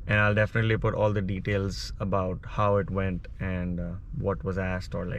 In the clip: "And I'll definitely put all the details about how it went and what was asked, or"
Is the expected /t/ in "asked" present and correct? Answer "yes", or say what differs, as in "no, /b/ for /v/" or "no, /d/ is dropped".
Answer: yes